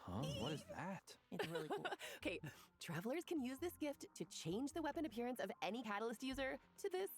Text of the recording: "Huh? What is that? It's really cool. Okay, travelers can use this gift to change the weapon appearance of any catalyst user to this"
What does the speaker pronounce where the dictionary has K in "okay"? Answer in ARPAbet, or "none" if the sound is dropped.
K